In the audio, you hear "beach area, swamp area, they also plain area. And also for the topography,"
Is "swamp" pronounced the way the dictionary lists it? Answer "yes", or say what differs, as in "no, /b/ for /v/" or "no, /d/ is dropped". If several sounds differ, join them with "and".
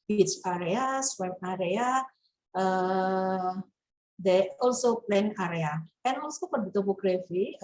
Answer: no, /p/ is dropped